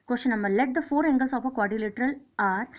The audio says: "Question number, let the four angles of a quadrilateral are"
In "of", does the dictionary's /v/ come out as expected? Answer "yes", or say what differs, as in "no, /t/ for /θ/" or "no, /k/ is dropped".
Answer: no, /p/ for /v/